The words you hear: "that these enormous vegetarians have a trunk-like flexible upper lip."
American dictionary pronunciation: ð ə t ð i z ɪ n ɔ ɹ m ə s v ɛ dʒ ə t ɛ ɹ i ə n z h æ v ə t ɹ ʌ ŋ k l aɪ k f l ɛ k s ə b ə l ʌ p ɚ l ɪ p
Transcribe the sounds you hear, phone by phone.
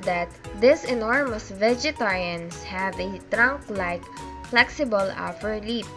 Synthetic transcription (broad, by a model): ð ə t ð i s ɪ n ɔ ɹ m ə s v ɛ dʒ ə t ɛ ɹ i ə n s h æ v ə t ɹ ʌ ŋ k l aɪ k f l ɛ k s ə b ə l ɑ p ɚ l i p